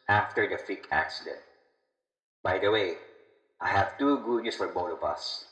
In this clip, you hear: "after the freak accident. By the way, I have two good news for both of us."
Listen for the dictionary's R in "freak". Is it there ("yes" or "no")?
no